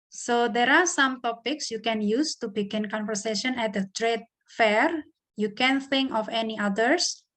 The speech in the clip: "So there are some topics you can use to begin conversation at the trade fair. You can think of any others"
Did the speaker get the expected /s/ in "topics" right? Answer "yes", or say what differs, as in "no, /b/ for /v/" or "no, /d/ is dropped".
yes